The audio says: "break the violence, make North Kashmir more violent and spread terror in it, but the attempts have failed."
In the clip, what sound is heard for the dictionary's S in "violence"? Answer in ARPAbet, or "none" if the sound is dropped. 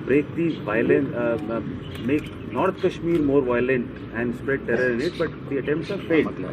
none